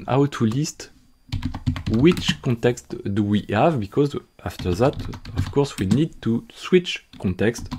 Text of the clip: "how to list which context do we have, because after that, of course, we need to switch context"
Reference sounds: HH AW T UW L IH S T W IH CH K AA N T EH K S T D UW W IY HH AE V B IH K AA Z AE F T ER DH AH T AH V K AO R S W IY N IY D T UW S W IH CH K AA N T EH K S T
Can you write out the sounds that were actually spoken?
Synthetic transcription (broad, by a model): AW T UW L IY S T W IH CH K AA N T EH K S T D UW W IY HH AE V B IH K AA Z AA F T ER DH AH T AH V K AO R S W IY N IY D T UW S W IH CH K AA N T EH K S T